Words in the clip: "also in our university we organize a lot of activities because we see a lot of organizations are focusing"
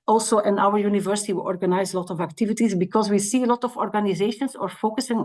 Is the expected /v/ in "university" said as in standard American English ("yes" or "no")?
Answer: yes